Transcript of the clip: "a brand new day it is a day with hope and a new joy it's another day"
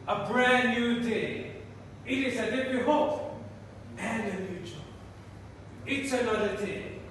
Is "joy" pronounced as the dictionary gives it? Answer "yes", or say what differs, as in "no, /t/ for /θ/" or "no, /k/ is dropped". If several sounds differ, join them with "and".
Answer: no, /tʃ/ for /dʒ/